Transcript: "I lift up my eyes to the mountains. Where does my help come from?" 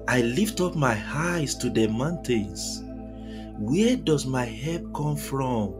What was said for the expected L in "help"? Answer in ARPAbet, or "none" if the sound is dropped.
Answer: none